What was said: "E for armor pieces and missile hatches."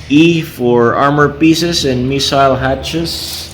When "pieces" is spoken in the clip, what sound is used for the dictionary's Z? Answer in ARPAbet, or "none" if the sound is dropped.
S